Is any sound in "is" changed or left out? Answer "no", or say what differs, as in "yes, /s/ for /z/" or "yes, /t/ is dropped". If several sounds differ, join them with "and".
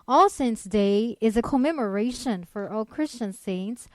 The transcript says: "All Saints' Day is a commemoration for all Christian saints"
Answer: no